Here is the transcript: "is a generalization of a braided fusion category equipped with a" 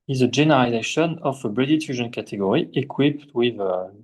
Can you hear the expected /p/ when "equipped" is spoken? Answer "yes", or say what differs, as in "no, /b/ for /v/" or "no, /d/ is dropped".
yes